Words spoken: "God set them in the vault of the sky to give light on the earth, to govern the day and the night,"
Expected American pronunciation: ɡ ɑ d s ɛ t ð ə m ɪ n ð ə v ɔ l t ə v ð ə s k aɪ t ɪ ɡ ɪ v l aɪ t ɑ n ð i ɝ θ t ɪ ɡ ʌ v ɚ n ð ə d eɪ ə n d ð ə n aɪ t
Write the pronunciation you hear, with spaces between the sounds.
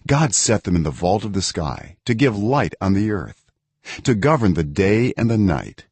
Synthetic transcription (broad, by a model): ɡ ɑ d s ɛ t ð ə m ɪ n ð ə v ɔ l t ə v ð ə s k aɪ t ɪ ɡ ɪ v l aɪ t n ð i ɝ θ t ɪ ɡ ʌ v ɚ n ð ə d eɪ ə n ð ə n aɪ t